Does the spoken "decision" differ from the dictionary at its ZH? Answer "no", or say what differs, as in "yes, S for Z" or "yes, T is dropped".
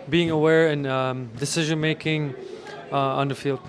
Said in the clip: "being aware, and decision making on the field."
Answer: no